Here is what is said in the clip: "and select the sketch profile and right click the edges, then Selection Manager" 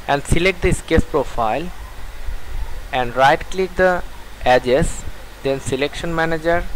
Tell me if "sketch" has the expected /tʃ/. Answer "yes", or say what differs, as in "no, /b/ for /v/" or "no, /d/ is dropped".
no, /s/ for /tʃ/